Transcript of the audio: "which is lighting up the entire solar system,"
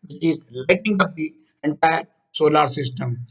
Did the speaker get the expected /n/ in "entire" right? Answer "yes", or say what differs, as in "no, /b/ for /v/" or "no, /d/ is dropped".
yes